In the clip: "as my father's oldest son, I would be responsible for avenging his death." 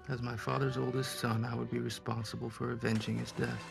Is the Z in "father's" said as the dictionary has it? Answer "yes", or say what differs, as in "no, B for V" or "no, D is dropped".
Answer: yes